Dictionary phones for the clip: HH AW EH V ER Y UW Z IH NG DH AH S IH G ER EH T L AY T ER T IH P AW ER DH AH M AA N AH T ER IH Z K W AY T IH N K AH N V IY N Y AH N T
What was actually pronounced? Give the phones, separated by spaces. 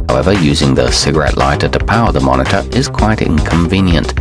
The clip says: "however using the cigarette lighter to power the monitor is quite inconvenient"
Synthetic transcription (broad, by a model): HH AW EH V ER Y UW Z IH NG DH AH S IH G ER EH T L AY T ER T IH P AW ER DH AH M AA N AH T ER IH Z K W AY T IH N K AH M V IY N Y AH N T